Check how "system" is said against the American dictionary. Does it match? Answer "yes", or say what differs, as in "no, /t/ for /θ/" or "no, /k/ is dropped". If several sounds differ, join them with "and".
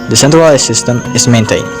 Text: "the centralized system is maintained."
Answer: yes